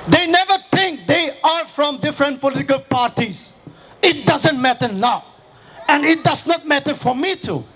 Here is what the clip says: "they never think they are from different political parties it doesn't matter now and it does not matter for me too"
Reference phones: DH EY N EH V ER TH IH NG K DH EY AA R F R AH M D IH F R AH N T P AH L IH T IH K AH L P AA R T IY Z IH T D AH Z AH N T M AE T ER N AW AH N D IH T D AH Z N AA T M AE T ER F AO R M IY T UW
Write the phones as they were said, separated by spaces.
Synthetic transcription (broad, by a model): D EY N EH V ER T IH NG K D EY AA R F R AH M D IH F R AH N T P AH L IH T IH K AH L P AA R T IY Z IH T D AH Z AH N T M AE T ER N AW AH N D IH T D AH Z N AA T M AE T ER F AO R M IY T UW